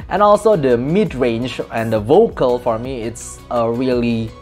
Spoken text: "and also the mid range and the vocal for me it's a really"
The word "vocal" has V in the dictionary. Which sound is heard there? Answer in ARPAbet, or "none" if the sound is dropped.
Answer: V